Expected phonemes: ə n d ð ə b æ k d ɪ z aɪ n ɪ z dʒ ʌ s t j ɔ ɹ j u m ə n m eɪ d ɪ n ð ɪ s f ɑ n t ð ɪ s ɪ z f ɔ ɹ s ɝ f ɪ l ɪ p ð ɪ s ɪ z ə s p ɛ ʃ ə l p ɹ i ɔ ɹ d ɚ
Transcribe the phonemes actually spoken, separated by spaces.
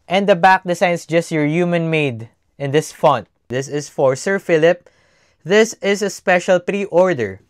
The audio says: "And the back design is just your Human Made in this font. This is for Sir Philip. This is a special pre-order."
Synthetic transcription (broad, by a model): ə n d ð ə b æ k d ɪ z aɪ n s dʒ ʌ s t j ɔ ɹ j u m ə n m eɪ d ɪ n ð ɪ s f ɑ n t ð ɪ s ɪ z f ɔ ɹ s ɝ f ɪ l ɪ p ð ɪ s ɪ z ə s p ɛ ʃ ə l p ɹ i ɔ ɹ d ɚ